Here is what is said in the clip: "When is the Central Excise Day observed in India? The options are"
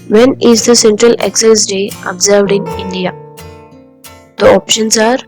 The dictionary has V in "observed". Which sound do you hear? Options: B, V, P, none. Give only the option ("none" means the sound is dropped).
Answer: V